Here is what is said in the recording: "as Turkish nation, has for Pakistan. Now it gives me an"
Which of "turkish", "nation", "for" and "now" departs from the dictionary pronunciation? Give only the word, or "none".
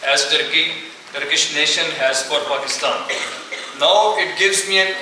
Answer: none